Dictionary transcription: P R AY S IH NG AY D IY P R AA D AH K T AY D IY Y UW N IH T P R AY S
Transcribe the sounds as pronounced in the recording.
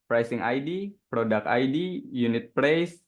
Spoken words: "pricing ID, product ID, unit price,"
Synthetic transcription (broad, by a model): P R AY S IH NG AY D IY P R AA D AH K AY D IY Y UW N IH T P R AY S